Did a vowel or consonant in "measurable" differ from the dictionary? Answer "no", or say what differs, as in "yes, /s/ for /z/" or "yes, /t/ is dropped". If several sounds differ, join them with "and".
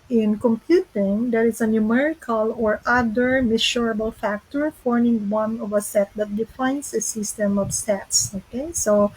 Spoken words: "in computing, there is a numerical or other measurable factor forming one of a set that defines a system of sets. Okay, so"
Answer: yes, /ʃ/ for /ʒ/